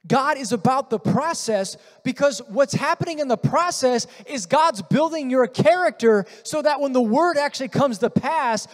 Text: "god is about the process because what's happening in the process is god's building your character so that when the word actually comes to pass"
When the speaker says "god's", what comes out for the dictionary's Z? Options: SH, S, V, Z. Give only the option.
Z